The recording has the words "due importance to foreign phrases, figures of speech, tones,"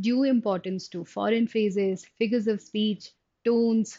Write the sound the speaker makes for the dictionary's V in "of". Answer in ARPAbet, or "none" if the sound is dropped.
V